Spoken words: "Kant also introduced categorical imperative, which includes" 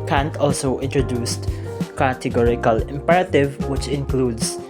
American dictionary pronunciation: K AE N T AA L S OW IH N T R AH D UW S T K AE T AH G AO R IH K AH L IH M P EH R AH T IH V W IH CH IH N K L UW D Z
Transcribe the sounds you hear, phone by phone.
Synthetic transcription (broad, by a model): K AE N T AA L S OW IH N T R AH D UW S T K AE T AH G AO R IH K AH L IH M P EH R AH T IH V W IH CH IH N K L UW D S